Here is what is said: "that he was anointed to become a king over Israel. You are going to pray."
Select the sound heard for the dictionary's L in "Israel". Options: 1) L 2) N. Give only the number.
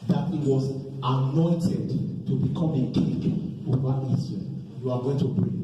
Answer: 2